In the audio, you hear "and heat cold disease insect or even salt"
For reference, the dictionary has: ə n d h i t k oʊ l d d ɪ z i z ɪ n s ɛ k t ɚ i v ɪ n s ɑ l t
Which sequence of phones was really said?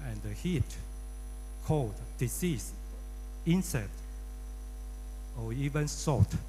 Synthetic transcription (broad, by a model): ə n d h i t k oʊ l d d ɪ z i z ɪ n s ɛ t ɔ i v ɪ n s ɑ t